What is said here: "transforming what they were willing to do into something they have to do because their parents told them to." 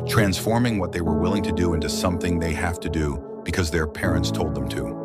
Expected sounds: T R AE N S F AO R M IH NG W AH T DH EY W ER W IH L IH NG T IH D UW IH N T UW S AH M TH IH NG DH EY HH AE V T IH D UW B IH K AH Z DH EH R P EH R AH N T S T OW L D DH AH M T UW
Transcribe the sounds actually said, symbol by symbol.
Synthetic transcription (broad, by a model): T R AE N S F AO R M IH NG W AH T DH EY W ER W IH L IH NG T IH D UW IH N T UW S AH M TH IH NG DH EY HH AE F T IH D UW B IH K AH Z DH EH R P EH R AH N T S T OW L D DH AH M T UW